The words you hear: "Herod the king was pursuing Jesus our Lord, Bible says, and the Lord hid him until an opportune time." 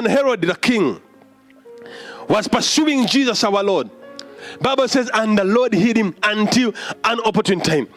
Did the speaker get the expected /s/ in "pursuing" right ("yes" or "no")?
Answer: yes